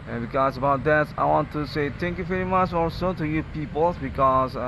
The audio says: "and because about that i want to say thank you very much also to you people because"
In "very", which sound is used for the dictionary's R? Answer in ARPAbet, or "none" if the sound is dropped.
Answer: R